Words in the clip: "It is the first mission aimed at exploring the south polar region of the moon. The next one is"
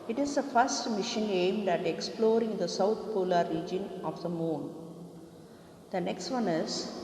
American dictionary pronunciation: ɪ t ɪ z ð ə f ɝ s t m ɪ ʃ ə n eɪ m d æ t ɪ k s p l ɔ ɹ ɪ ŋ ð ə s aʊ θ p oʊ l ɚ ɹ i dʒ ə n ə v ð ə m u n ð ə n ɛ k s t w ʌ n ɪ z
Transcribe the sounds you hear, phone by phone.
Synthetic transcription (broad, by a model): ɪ t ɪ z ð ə f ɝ s t m ɪ ʃ ə n eɪ m d æ t ɪ k s p l ɔ ɹ ɪ ŋ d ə s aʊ t p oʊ l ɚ ɹ i dʒ ə n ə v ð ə m u n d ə n ɛ k s t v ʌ n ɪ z